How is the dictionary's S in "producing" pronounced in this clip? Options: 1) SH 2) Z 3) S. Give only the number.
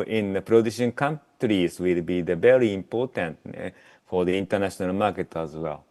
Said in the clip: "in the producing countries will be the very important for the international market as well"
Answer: 1